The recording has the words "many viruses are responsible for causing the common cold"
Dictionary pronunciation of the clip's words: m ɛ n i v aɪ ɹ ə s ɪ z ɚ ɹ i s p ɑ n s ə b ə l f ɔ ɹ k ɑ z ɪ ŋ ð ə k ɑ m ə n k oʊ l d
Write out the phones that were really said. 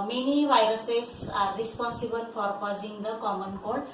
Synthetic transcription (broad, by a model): m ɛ n i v aɪ ɹ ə s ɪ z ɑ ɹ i s p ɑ n s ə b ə l p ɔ ɹ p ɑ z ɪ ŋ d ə k ɑ m ə n k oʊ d